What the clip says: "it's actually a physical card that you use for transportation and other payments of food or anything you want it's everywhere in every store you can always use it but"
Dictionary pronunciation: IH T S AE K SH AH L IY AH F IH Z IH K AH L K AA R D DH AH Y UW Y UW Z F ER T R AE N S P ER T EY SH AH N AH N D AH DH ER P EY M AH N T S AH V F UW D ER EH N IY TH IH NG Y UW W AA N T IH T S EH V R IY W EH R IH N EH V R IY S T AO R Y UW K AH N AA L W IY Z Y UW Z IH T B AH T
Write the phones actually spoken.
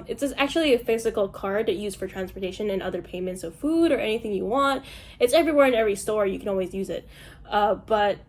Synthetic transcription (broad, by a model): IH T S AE K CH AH L IY AH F IH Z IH K L K AA R D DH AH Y Y UW Z F ER T R AE N S P ER T EY SH AH N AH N AH DH ER P EY M AH N T S AH V F UW D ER EH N IY TH IH NG Y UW W AA N T IH T S EH V R IY W EH R IH N EH V R IY S T AO R Y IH K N AA L W IY Z Y UW Z IH T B AH T